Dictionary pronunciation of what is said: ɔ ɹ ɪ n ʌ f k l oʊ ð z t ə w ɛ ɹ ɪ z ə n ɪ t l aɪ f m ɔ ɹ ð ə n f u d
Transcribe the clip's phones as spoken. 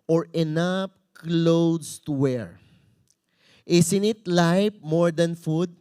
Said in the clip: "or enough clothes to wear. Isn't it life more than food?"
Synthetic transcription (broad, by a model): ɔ ɹ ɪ n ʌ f k l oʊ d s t w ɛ ɹ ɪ s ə n ɪ t l aɪ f m ɔ ɹ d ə n f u d